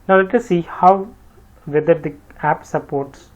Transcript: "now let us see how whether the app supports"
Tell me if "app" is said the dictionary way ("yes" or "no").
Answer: yes